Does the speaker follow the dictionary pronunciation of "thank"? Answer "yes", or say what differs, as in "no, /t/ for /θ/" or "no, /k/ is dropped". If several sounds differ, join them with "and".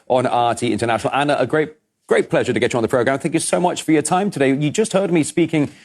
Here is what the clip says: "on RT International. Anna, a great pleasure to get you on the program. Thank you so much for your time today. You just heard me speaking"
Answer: yes